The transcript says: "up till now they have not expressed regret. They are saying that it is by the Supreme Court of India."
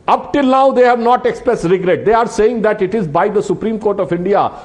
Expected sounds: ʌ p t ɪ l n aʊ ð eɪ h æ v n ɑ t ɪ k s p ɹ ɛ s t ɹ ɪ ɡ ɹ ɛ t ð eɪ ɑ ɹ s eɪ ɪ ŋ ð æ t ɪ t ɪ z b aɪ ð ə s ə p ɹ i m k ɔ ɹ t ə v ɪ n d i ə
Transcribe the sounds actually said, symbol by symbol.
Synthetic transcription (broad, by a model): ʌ p t ɪ l n aʊ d eɪ h æ v n ɑ t ɪ k s p ɹ ɛ s t ɹ ɪ ɡ ɹ ɛ t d eɪ ɑ ɹ s eɪ ɪ ŋ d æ t ɪ t ɪ z b aɪ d ə s ə p ɹ i m k ɔ ɹ t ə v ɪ n d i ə